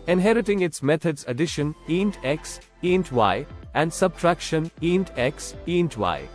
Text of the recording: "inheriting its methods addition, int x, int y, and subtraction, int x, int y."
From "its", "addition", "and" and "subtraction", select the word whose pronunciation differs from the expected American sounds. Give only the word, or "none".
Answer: none